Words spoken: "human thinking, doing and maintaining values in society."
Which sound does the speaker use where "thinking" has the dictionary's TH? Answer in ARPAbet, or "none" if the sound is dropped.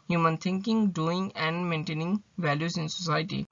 T